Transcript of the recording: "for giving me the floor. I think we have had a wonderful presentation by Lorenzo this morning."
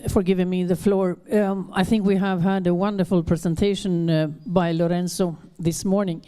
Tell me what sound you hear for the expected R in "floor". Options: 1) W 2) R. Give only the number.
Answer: 2